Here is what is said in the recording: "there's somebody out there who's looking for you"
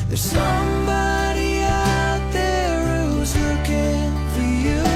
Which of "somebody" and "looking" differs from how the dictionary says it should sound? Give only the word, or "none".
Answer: looking